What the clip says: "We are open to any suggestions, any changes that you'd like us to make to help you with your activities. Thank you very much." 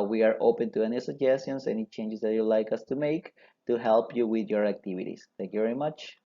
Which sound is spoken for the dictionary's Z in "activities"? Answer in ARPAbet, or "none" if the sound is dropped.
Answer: S